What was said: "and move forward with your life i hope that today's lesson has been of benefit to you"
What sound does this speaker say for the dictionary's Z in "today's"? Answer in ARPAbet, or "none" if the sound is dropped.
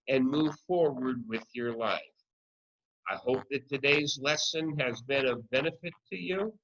Z